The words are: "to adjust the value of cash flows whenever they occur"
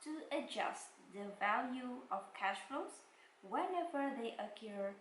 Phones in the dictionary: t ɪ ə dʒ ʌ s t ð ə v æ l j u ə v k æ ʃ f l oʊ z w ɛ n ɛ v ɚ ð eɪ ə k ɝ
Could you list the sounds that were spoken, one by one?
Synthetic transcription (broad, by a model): t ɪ ə dʒ ʌ s t ð ə v æ l j u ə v k æ ʃ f oʊ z w ɛ n ɛ v ɚ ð eɪ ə k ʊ